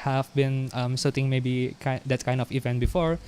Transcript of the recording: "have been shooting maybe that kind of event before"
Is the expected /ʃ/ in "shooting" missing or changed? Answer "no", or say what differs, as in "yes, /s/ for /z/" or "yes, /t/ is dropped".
yes, /s/ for /ʃ/